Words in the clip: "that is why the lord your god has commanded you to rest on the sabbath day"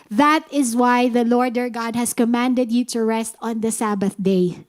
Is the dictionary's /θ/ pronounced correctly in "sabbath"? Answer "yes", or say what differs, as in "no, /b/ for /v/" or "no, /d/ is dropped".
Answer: yes